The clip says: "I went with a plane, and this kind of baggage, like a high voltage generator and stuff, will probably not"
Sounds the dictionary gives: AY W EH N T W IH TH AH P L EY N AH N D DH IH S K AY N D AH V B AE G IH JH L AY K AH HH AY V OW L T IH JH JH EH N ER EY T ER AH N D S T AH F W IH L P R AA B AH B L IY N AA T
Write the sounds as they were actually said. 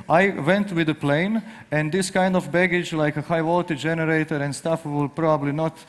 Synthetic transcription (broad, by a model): AY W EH N T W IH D AH P L EY N AH N D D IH S K AY N D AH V B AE G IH JH L AY K AH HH AY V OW L T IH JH JH EH N ER EY T ER AH N D S T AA F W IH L P R AA B AH B L IY N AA T